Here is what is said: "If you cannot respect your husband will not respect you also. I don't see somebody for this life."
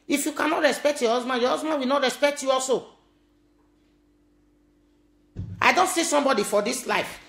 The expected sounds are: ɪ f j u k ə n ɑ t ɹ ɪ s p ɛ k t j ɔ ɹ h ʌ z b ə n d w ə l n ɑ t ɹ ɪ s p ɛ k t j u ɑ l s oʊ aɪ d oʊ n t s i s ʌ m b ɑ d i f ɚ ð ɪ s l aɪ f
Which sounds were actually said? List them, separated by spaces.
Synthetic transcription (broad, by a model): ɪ f j u k ə n ɑ t ɹ ɪ s p ɛ k t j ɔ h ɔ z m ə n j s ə w n ɑ t ɹ ɪ s p ɛ k t j u ɑ l s oʊ aɪ d oʊ n t s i s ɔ m b ɑ d i f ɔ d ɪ s l aɪ f